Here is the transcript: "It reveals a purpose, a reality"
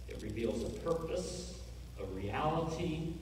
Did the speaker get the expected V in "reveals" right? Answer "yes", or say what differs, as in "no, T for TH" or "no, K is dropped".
yes